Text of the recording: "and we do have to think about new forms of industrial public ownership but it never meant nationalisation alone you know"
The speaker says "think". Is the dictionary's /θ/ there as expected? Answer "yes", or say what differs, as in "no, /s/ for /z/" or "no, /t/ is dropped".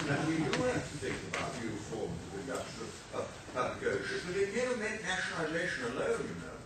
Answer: yes